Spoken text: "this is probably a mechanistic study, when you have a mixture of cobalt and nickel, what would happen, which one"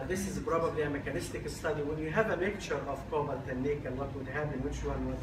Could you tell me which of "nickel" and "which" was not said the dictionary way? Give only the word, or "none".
nickel